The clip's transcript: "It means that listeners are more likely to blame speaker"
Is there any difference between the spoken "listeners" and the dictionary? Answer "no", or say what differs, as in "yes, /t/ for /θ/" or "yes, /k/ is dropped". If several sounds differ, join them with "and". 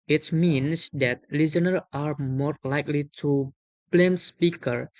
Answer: yes, /z/ is dropped